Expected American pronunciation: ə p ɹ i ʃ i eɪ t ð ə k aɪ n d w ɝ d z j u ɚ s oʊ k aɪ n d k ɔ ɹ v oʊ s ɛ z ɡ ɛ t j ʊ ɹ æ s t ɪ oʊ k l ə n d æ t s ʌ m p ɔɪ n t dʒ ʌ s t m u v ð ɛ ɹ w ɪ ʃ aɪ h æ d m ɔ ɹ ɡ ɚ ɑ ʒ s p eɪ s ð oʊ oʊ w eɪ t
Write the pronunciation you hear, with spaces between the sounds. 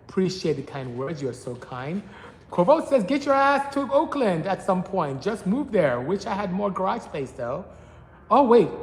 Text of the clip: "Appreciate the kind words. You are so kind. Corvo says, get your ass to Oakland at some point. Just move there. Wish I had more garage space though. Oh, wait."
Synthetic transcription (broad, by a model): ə p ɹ i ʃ i eɪ t ð ə k aɪ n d w ɝ d z j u ɚ s oʊ k aɪ n d k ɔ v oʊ s ɛ z ɡ ɛ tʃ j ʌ ɹ æ s t ɪ oʊ k l ə n d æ t s ʌ m p ɔɪ n t dʒ ʌ s t m u v ð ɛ ɹ w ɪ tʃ aɪ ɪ d m ɔ ɹ ɡ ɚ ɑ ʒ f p eɪ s ð oʊ oʊ w eɪ t